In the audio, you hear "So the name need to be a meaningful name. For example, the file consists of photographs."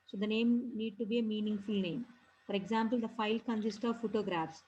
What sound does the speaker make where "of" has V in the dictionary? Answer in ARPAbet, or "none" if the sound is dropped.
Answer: V